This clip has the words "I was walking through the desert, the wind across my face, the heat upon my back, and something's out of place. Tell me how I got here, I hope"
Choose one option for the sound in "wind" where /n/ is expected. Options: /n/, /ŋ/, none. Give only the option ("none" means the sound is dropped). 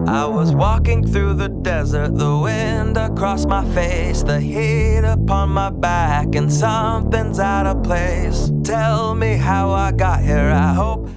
/n/